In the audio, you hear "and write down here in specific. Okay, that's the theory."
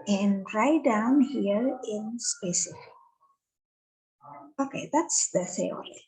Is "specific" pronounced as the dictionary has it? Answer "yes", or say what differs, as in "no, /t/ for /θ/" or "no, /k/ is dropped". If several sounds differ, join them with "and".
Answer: no, /k/ is dropped